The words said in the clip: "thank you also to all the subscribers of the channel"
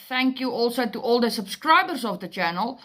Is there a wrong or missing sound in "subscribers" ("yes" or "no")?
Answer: yes